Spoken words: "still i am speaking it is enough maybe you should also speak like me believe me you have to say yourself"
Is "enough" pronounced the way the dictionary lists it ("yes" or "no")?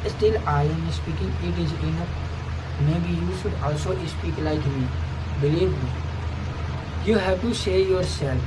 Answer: no